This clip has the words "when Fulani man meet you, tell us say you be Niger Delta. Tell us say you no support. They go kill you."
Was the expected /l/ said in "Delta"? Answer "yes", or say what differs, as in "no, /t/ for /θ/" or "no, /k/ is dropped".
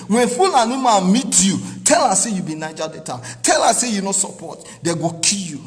no, /l/ is dropped